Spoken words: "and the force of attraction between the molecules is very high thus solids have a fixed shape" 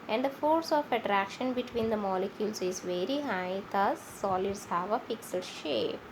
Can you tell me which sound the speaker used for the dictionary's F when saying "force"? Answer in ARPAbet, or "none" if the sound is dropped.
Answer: F